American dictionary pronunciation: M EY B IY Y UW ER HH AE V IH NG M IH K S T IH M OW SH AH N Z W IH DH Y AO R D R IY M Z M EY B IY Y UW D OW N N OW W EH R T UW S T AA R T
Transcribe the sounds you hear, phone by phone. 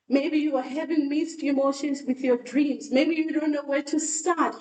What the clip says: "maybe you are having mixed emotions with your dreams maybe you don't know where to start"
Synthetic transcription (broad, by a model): M EY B IY Y UW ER HH AE V IH NG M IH S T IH M OW SH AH N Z W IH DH Y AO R D R IY M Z M EY B IY Y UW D OW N N OW W EH R T UW S T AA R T